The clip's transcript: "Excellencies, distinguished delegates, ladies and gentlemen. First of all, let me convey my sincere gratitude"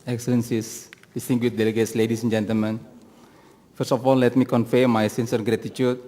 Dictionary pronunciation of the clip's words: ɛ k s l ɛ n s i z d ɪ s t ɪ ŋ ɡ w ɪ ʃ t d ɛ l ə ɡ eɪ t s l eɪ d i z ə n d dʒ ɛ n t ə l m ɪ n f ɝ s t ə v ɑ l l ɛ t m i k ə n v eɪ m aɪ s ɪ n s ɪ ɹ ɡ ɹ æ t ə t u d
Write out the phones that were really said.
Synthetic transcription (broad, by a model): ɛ k s l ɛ n s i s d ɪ s t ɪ ŋ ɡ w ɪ t d ɛ l ə ɡ eɪ t s l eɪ d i s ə n dʒ ɛ n t ə l m ɪ n f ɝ s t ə f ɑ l l ɛ t m i k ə n f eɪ m aɪ s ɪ n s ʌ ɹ ɡ ɹ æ t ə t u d